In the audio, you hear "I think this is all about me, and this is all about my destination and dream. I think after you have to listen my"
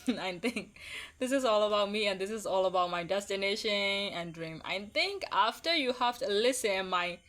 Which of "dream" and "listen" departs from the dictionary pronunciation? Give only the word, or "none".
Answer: none